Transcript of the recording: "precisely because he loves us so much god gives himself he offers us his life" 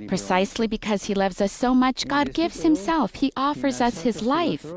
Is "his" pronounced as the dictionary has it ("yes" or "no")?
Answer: yes